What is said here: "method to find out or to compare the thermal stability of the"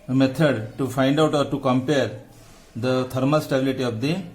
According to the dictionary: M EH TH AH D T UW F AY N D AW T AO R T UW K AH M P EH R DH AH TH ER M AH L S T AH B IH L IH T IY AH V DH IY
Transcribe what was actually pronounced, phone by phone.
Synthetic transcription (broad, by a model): M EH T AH D T UW F AY N D AW T AO R T UW K AH M P EH R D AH T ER M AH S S T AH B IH L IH T IY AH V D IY